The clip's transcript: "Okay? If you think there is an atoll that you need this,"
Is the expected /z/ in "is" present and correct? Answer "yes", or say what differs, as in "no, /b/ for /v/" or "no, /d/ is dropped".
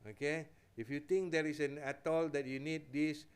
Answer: no, /s/ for /z/